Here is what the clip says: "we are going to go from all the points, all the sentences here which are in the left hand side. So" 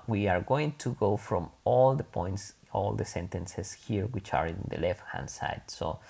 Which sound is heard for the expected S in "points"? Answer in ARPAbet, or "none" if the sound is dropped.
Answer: S